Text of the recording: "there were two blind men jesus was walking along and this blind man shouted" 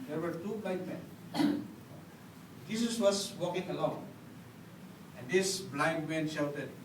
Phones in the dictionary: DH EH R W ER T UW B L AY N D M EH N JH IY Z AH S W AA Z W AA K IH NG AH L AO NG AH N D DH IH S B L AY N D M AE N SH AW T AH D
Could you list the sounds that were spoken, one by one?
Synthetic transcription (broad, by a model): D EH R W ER T UW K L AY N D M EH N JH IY S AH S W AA S W AA K IH NG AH L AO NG AH N D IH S B L AY N D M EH N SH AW T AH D